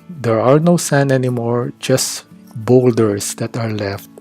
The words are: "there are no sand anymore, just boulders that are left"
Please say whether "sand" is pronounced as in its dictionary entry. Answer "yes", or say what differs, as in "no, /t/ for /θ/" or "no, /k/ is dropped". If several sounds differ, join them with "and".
no, /d/ is dropped